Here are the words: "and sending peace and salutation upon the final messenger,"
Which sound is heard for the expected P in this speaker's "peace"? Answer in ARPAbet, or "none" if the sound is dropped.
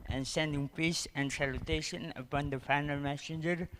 P